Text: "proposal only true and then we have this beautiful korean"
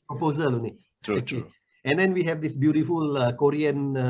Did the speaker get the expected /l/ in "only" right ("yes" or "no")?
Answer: no